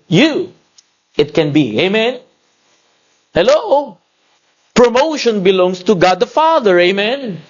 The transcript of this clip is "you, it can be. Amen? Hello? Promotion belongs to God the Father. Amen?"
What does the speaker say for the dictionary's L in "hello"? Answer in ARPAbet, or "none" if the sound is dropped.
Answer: L